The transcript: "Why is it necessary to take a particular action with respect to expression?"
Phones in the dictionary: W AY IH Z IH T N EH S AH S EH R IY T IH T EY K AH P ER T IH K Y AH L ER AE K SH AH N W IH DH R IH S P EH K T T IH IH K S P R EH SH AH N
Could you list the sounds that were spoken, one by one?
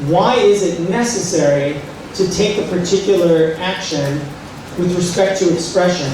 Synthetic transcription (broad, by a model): W AY IH Z IH T N EH S AH S EH R IY T IH T EY K AH P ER T IH K Y AH ER AE K SH AH N W IH DH R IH S P EH K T T IH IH K S P R EH SH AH N